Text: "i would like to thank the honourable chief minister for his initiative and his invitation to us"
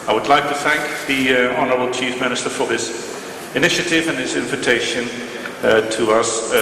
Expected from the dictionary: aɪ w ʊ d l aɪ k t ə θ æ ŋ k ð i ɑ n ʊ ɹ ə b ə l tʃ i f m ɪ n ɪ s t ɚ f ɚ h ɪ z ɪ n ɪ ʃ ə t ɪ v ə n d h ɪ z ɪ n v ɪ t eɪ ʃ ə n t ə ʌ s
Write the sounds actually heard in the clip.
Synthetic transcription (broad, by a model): aɪ w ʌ d l aɪ k t ə θ æ ŋ k ð i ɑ n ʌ ɹ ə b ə l tʃ i f m ɪ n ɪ s t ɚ f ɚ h ɪ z ɪ n ɪ ʃ ə t ɪ v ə n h ɪ z ɪ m v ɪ t eɪ ʃ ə n t ə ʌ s